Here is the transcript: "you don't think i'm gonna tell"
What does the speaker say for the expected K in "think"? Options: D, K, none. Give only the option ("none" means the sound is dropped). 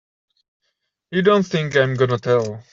K